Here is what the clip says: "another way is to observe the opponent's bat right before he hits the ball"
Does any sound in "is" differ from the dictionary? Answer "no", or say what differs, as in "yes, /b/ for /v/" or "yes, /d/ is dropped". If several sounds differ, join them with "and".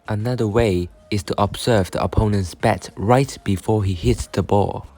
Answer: yes, /s/ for /z/